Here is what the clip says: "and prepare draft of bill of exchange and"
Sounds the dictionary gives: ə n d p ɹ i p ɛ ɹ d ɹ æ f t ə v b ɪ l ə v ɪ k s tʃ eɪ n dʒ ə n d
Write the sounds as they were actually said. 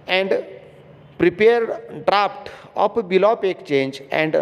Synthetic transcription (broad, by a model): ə n d p ɹ i p ɛ ɹ d ɹ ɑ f t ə p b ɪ l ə p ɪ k tʃ eɪ n dʒ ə n d